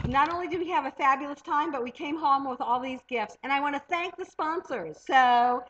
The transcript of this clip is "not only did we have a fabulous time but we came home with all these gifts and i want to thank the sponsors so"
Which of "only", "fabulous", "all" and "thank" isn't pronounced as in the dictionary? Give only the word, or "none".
none